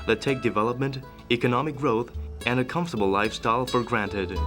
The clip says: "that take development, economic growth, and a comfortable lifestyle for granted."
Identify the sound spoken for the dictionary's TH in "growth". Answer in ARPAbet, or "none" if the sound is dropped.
TH